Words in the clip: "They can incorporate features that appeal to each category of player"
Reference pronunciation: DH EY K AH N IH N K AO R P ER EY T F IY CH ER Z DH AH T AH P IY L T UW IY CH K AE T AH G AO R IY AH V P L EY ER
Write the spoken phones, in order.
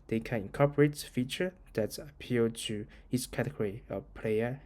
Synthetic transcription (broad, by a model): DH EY K AH N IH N K AO P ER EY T F IY CH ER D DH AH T AH P IY L T UW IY S K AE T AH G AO R IY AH P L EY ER